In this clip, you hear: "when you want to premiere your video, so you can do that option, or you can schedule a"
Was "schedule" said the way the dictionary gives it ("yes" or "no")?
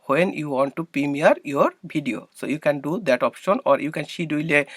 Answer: no